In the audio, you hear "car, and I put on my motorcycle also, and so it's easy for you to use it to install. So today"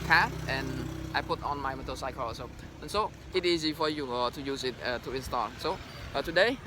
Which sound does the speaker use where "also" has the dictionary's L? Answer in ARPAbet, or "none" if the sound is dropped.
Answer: none